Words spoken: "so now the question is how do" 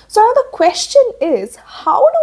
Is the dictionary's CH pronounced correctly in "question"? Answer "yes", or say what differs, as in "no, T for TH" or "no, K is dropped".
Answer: yes